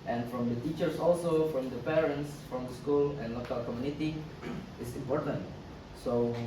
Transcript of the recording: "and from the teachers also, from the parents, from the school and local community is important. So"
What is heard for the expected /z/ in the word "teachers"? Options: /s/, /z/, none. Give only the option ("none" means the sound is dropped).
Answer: /s/